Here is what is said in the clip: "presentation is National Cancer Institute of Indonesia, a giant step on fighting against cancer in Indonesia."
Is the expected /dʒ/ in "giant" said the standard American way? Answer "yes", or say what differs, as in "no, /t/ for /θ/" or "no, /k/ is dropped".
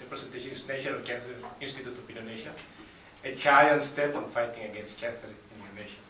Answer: no, /tʃ/ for /dʒ/